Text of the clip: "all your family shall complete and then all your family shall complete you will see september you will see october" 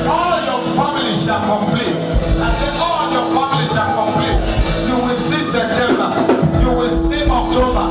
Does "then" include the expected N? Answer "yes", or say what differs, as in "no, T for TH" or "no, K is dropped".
no, L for N